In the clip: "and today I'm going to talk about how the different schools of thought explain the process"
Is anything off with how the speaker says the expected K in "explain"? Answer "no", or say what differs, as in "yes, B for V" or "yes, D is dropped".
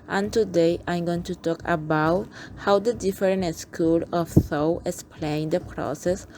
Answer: yes, K is dropped